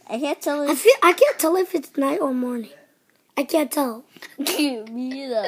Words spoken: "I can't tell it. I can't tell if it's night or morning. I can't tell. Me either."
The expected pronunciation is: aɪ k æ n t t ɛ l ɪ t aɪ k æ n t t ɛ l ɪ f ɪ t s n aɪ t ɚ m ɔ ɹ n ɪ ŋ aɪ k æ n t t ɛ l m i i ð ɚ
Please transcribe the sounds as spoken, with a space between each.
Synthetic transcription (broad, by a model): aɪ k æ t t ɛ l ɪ t aɪ k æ n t t ɛ l ɪ f ɪ t s n aɪ t ɚ m ɔ ɹ n ɪ ŋ aɪ k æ n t t ɛ l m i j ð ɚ